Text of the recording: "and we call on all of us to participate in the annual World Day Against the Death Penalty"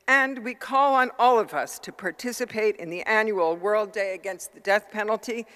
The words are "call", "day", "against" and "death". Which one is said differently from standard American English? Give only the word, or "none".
none